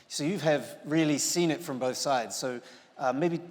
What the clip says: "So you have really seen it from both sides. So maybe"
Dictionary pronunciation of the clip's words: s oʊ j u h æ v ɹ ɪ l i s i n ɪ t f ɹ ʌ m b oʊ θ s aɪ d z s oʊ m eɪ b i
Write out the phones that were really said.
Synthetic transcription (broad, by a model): s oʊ j u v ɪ v ɹ ɪ l i s i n ɪ t f ɹ ʌ m b oʊ θ s aɪ d z s oʊ m eɪ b i